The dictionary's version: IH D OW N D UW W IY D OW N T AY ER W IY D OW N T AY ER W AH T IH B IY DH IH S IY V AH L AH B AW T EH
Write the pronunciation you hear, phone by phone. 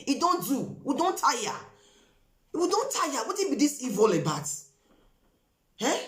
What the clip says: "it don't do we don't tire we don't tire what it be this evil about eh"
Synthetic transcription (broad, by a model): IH D OW N D UW W IY D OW N T AY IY W IY D OW N T AY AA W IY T IH B IY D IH S IY V AH L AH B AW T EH